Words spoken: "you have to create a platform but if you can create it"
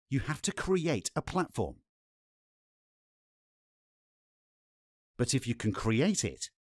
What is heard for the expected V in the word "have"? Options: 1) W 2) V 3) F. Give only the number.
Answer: 3